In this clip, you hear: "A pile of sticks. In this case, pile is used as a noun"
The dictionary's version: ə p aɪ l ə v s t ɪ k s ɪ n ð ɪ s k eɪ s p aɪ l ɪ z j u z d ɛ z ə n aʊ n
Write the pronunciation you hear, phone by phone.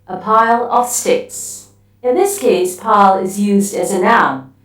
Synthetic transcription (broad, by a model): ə p aɪ l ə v s t ɪ k s ɪ n ð ɪ s k eɪ s p aɪ l ɪ z j u z d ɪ z ə n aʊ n